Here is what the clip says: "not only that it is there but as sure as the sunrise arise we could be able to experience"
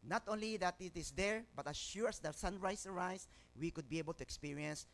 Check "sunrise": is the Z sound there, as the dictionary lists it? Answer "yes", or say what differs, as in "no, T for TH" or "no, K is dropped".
no, S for Z